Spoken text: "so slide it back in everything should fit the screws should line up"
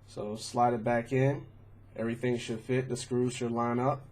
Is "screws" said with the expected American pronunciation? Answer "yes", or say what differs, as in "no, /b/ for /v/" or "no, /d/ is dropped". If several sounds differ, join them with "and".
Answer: yes